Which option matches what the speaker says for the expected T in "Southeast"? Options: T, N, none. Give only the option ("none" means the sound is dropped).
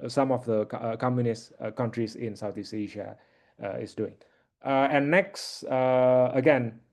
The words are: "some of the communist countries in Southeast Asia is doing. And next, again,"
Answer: none